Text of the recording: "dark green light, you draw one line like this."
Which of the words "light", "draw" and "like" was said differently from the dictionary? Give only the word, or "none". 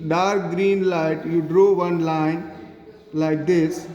none